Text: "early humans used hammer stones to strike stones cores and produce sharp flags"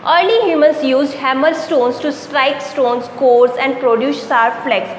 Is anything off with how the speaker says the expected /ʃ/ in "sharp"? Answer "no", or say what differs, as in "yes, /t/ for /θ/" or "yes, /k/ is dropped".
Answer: yes, /s/ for /ʃ/